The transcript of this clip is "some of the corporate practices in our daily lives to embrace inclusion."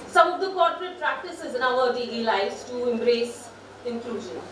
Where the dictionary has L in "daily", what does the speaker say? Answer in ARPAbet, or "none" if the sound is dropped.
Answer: none